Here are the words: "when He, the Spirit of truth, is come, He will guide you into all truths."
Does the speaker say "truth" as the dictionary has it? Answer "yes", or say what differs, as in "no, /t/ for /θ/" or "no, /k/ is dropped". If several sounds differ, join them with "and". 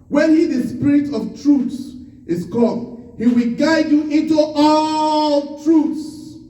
no, /s/ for /θ/